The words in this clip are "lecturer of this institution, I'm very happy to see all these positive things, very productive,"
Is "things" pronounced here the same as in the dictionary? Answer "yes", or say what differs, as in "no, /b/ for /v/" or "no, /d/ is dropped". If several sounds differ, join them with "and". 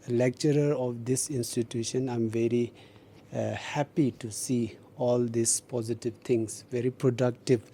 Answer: no, /t/ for /θ/